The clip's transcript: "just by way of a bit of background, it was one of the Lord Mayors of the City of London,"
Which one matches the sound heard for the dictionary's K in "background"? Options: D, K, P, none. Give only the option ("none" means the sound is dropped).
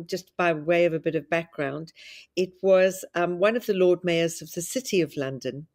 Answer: K